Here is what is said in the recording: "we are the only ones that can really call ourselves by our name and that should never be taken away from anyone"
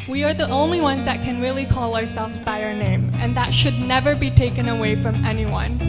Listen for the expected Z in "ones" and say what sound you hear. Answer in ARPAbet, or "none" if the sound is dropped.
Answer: Z